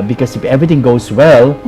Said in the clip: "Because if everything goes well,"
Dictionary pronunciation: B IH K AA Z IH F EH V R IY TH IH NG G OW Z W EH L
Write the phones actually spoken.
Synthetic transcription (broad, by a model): B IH K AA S IH F EH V R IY T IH NG G OW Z W EH L